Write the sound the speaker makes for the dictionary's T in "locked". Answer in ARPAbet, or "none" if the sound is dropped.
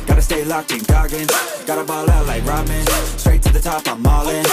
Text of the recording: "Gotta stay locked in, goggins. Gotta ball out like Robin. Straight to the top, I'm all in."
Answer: none